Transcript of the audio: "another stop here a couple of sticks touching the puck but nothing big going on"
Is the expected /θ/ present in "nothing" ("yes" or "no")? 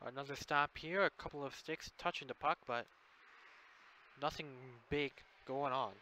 yes